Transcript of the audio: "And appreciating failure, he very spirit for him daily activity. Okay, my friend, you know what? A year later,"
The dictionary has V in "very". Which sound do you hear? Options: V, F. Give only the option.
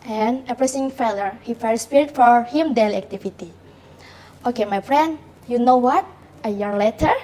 F